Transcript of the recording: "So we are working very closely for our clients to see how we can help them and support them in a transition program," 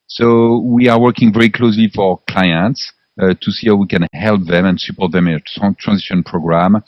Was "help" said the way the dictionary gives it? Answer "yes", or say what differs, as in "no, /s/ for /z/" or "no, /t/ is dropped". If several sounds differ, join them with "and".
yes